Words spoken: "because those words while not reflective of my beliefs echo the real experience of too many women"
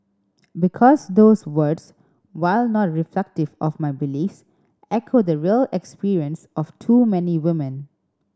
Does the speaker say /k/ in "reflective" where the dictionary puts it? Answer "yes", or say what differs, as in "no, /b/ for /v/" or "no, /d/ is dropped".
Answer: yes